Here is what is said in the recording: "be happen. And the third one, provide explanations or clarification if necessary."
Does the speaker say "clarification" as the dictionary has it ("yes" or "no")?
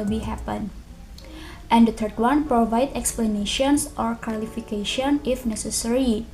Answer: no